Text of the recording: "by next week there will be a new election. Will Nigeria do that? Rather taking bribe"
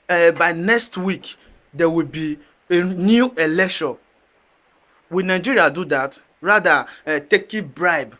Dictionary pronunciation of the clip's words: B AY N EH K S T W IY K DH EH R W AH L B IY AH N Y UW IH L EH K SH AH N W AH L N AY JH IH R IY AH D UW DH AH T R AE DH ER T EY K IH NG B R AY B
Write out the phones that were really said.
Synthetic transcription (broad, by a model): B AY N EH K S T W IY K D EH W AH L B IY AH N Y UW IH L EH K SH AH N W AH N AY JH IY R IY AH D UW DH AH T R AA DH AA T EY K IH B R AY B